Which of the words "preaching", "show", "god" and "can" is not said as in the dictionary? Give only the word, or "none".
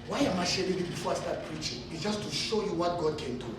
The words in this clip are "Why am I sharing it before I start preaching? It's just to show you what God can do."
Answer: none